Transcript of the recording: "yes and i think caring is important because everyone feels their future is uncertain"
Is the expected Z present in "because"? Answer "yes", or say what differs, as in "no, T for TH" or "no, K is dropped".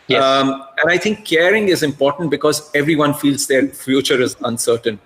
yes